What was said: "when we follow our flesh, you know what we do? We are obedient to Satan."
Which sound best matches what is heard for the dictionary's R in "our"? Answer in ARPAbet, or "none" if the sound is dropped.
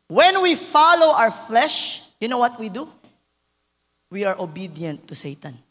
W